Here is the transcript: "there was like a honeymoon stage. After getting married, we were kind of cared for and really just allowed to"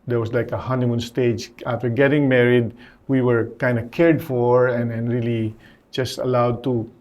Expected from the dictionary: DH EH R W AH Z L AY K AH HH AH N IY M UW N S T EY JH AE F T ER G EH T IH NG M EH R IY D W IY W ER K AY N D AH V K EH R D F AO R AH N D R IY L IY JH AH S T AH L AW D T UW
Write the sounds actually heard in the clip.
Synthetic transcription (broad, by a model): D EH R W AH S L AY K AH HH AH N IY M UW N S T EY JH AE F T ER G EH T IH NG M EH R IY D W IY W ER K AY N D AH K EH R D F AO R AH N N R IY L IY JH AH S T AH L AW D T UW